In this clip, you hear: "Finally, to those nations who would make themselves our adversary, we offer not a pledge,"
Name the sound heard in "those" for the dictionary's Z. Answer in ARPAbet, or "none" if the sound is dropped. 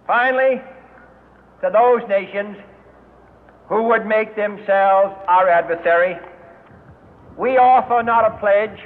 Z